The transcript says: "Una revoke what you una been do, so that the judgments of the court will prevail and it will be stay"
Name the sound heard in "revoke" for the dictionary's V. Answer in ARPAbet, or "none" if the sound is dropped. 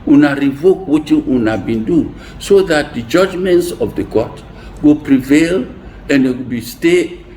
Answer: V